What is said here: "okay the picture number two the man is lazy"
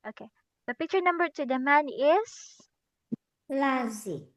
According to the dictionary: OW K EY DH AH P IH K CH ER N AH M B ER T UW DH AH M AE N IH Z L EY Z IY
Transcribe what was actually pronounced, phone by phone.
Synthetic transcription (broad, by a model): OW K EY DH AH P IH K CH ER N AH M B ER T UW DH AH M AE N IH S L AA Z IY